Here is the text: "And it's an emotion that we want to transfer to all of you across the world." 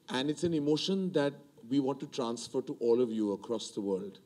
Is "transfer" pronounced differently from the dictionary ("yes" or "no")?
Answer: no